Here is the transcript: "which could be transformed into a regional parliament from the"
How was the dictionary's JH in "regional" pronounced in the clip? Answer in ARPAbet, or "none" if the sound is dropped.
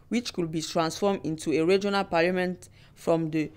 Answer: JH